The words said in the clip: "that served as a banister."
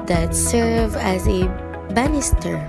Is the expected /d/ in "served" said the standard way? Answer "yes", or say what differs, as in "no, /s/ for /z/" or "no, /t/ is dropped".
no, /d/ is dropped